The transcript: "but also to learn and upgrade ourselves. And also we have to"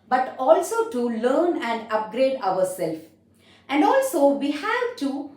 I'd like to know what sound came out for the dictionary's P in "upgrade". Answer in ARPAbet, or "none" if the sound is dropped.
P